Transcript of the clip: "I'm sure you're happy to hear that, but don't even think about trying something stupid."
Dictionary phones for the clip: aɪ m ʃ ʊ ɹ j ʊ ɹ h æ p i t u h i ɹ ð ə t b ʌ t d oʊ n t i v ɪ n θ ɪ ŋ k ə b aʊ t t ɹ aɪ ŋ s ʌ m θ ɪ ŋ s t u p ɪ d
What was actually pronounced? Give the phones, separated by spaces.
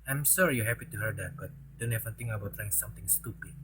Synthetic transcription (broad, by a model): aɪ m s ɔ ɹ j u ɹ h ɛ p i t u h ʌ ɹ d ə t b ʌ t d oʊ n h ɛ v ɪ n t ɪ ŋ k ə b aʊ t t ɹ aɪ ŋ s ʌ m t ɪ ŋ s t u p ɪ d